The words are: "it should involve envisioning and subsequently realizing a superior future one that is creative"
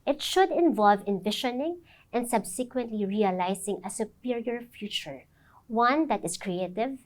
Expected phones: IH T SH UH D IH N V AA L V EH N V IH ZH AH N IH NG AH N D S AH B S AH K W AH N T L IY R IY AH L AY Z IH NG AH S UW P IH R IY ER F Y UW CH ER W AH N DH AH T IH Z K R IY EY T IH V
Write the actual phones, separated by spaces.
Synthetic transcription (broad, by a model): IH T SH UH D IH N V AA L V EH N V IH SH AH N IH NG AH N D S AH B S AH K W AH N T L IY R IY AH L AY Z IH NG AH S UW P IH R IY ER F Y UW CH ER W AH N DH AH T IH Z K R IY EY T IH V